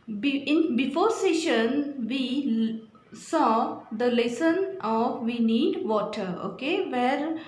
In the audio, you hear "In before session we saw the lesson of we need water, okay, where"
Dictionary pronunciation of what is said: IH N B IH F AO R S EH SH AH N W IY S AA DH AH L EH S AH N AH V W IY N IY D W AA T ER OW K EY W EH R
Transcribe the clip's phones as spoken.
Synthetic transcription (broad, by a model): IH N B IH F AO R S EH SH AH N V IY S AA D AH L EH S AH N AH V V IY N IY D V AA T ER OW K EY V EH R